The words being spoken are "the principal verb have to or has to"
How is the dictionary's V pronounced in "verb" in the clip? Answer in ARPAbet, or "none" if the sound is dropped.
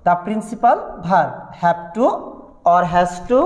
B